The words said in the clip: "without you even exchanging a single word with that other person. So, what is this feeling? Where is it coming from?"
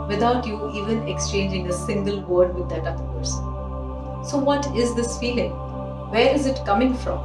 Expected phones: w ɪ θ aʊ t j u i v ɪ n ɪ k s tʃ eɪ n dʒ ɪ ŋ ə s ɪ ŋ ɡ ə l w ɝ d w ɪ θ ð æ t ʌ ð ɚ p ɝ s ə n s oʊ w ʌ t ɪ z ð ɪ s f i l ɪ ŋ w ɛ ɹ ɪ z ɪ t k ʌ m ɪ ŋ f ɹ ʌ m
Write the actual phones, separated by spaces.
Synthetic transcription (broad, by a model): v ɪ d aʊ t j u i v ɪ n ɪ k s tʃ eɪ n dʒ ɪ ŋ ə s ɪ ŋ ɡ ə l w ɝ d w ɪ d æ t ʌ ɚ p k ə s s oʊ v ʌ t ɪ z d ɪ s f i l ɪ ŋ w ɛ ɹ ɪ z ɪ t k ʌ m ɪ ŋ f ɹ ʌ m